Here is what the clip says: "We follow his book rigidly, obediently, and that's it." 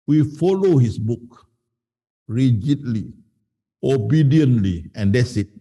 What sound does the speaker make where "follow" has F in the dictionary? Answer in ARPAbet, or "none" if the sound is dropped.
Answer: F